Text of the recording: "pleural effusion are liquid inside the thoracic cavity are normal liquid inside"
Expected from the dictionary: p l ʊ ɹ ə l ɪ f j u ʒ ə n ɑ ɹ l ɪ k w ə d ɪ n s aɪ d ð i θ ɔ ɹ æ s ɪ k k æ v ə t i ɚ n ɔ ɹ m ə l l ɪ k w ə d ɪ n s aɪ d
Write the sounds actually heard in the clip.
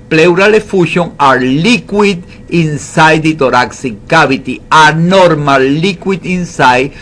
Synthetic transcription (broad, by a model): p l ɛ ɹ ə l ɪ f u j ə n ɑ ɹ l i k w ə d ɪ n s aɪ d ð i t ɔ ɹ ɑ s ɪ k k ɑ b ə t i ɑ n ɔ ɹ m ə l l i k w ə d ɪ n s aɪ